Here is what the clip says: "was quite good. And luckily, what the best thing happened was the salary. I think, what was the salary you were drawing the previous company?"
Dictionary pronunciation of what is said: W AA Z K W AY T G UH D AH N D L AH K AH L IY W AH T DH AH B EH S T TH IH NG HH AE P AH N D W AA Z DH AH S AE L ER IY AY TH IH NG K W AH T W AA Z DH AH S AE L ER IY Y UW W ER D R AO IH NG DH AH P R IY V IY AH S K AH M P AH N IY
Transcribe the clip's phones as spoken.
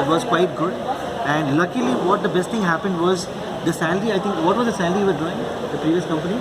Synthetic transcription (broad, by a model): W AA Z K W AY T G UH D AH N D L AH K AH L IY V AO T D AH B EH S T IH NG HH AE P AH N D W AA Z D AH S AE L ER IY AY T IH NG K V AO T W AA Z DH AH S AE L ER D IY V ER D AO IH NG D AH P R IY V IY AH S K AH M P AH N IY